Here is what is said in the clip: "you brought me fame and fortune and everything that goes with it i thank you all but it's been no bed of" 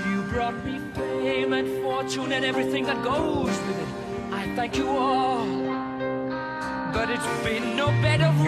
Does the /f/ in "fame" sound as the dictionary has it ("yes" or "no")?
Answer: no